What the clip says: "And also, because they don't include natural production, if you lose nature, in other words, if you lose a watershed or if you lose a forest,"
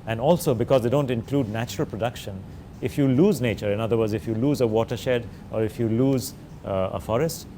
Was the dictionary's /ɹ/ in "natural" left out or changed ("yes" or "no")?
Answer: no